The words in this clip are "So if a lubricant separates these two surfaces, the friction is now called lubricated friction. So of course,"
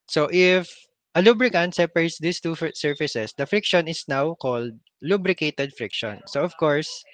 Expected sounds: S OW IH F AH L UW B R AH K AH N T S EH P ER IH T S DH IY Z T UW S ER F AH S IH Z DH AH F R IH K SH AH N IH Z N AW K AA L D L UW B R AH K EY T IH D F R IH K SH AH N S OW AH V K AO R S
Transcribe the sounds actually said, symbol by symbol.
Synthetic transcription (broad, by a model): S OW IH F AH L UW B R AH K AH N T S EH P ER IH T S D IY S T UW S ER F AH S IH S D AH F R IH K SH AH N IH S N AW K AA L D L UW B R AH K EY T IH D F R IH K SH AH N S OW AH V K AO R S